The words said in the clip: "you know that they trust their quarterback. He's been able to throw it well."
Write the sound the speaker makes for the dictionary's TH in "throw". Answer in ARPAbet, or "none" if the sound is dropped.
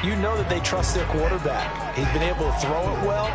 TH